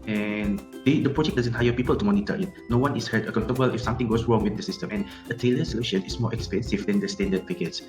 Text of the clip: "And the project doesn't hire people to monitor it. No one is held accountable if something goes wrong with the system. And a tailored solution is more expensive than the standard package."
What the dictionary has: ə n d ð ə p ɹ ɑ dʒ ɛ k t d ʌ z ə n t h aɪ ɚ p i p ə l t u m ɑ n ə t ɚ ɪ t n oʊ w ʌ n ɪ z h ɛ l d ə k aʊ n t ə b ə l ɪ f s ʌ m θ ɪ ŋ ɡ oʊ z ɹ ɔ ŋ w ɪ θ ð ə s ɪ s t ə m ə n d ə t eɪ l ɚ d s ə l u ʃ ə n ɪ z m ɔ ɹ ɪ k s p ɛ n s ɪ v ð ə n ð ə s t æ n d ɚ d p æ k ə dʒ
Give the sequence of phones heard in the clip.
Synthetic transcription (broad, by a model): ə n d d ə p ɹ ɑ dʒ ɛ k d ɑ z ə n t h aɪ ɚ p i p ə l t u m ɑ n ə t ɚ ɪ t n oʊ w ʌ n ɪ s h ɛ d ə k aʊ n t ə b ə l ɪ f s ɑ m t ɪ ŋ ɡ oʊ s ɹ ɔ ŋ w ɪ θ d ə s ɪ s t ə m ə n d ə t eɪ l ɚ s ə l u ʃ ə n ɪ s m ɔ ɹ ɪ k s p ɛ n s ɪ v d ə n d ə s t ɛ n d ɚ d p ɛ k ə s